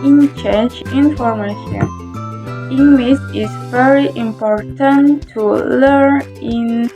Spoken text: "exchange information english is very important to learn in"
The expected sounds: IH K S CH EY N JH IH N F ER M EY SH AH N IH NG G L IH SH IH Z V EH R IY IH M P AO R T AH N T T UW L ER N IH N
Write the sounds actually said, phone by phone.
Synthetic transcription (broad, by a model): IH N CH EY N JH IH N F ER M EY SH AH N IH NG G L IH S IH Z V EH R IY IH M P AO R T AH N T T UW L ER N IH N